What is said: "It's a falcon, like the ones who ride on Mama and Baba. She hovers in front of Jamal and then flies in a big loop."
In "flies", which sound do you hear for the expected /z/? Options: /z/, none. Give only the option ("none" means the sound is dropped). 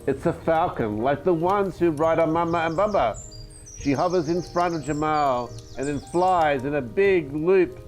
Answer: /z/